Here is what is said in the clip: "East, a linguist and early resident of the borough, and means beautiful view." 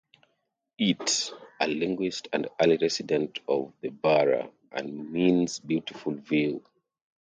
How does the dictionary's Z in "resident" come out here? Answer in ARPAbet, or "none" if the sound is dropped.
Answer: S